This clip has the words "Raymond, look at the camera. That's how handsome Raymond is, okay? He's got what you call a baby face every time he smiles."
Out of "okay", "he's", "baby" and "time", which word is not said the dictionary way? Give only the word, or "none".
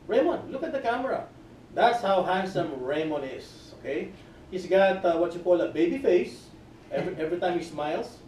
he's